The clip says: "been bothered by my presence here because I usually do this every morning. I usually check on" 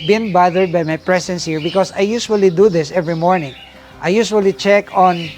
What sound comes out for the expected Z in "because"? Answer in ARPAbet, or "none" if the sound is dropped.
S